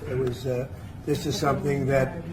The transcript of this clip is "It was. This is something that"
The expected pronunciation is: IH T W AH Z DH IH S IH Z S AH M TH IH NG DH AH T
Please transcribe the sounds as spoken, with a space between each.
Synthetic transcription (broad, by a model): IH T W AH Z DH IH S IH Z S AH M TH IH NG DH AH T